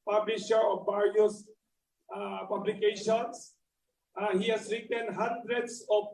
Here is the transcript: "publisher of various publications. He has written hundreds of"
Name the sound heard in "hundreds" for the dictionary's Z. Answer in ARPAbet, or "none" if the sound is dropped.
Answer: S